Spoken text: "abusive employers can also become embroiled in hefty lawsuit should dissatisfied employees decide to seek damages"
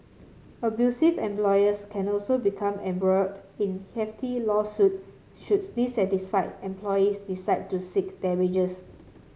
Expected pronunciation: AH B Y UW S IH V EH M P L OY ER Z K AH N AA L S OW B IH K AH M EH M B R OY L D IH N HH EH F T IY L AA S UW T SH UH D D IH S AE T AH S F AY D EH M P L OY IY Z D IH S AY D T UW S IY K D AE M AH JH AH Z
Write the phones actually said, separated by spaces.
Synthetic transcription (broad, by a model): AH B Y UW S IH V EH M P L OY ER S K AH N AA L S OW B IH K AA M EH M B R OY D IH N HH EH F T IY L AA S UW T SH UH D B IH S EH T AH S F AY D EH M P L OY IY S D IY S AY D T UW S IY K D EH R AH JH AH S